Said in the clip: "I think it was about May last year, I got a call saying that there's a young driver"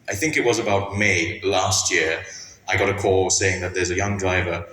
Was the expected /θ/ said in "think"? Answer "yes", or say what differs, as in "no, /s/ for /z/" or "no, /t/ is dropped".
yes